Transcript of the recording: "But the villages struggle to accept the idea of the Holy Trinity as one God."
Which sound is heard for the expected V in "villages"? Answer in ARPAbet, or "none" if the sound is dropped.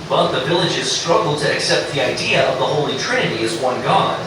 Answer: V